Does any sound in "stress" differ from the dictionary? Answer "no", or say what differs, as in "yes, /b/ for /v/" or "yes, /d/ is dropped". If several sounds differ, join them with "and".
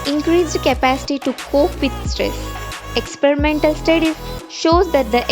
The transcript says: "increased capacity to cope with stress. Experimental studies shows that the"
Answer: no